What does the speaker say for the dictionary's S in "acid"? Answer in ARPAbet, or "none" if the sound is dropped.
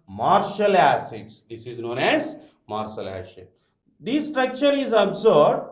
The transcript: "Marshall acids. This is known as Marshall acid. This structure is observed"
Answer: SH